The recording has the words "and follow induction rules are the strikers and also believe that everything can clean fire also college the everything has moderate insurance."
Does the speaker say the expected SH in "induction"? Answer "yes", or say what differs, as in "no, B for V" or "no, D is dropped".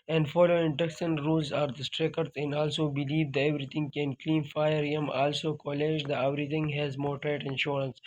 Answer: no, S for SH